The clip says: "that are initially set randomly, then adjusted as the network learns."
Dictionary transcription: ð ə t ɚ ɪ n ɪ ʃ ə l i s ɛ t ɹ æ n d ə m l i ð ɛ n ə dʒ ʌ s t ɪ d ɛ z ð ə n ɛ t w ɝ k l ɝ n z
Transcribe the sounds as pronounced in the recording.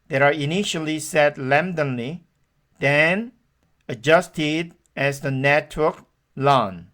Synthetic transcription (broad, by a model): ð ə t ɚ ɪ n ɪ ʃ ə l i s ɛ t l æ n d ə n l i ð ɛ n ə dʒ ʌ s t ɪ d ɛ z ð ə n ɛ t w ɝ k l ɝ n